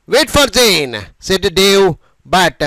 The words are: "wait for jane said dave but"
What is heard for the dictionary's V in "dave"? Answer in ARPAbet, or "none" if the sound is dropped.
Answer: W